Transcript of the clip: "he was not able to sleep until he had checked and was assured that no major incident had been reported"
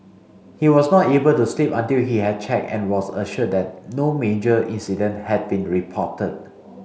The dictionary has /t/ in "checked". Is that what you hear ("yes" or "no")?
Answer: no